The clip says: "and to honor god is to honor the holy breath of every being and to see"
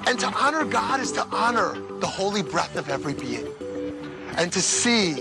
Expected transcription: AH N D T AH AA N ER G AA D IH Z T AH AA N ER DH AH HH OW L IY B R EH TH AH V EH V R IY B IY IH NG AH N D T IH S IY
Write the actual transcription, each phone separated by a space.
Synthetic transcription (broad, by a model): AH N T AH AA N ER G AA D IH Z T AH AA N ER DH AH HH OW L IY B R EH TH AH V EH V R IY B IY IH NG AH N T IH S IY